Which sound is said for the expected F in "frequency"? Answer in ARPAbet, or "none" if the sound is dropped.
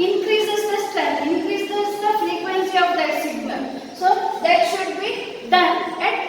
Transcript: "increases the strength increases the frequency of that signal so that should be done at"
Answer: F